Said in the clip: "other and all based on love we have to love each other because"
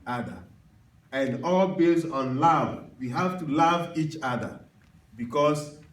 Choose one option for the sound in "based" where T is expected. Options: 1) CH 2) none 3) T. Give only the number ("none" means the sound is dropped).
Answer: 2